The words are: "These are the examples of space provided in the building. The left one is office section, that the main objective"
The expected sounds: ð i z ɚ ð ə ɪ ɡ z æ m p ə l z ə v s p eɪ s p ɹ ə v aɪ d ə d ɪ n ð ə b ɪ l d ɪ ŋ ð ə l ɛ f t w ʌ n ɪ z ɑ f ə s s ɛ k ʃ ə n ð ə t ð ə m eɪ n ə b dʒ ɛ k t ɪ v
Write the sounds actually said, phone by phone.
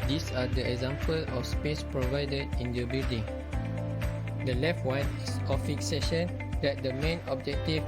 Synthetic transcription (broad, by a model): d i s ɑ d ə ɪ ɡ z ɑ m p ə l ə f s p eɪ s p ɹ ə v aɪ d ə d ɪ n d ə b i l d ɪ ŋ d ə l ɛ f t w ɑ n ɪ s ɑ f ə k s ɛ ʃ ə n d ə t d ə m eɪ n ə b dʒ ɛ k t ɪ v